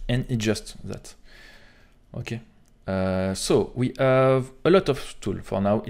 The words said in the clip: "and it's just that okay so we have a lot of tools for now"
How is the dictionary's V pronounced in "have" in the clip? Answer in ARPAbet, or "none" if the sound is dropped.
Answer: V